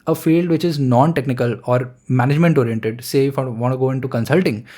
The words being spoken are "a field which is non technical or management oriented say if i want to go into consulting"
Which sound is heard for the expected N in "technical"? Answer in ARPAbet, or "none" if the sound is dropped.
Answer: N